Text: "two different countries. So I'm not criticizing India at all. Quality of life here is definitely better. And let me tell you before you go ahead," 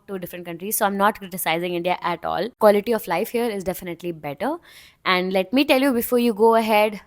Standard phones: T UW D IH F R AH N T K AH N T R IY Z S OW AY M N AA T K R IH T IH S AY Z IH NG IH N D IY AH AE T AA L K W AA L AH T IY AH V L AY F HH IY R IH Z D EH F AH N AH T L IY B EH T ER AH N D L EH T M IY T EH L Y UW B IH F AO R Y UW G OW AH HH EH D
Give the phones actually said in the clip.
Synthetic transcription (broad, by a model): T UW D IH F R AH N T K AH N T R IY Z S OW AY M N AA T K R IH T IH S AY Z IH NG IH N D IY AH AE T AA L K W AA L AH T IY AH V L AY F HH IY R IH Z D EH F AH N AH T L IY B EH T ER AH N D L EH T M IY T EH L Y UW B IH F AO R Y UW G OW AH HH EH D